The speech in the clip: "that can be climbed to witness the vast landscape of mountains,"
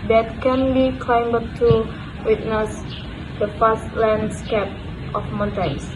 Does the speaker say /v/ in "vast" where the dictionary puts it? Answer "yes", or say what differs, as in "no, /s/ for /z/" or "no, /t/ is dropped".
no, /f/ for /v/